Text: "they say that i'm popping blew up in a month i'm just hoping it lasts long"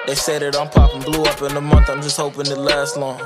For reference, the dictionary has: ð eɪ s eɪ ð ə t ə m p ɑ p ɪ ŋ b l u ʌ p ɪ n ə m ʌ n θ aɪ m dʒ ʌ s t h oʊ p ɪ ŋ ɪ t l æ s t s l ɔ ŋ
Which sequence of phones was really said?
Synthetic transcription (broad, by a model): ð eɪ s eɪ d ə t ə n p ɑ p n b l u ʌ p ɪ n ə m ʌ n t aɪ m dʒ ʌ s t h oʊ p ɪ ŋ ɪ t l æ s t l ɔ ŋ